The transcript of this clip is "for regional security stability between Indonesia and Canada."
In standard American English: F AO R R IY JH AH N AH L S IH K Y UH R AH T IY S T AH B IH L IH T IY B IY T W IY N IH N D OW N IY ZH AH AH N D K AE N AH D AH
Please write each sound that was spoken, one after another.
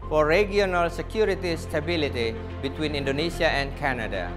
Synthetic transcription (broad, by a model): F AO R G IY AH N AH L S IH K Y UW R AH T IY S T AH B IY L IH T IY B IY T W IY N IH N D OW N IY S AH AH N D K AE N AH D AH